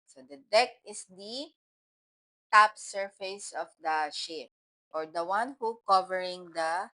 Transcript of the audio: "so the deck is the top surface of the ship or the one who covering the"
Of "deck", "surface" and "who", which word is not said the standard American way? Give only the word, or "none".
none